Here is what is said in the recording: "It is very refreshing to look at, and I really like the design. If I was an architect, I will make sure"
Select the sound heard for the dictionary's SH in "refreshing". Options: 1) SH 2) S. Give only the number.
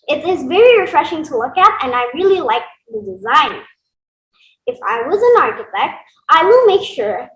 1